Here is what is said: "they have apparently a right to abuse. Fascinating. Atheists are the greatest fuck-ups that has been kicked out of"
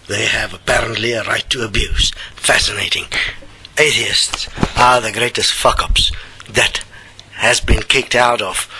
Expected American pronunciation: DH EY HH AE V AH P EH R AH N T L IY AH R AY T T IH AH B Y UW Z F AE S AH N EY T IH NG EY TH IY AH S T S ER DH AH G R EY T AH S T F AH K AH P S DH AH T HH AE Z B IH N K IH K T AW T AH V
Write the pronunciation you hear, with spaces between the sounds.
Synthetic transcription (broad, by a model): DH EY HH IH V AH P EH R AH N T L IY AH R AY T T IH AH B Y UW Z F AE S AH N EY T IH NG EY TH IY AH S T S ER DH AH G R EY T AH S T F AH K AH P S DH AH T HH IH Z B IH N K IH K T AW T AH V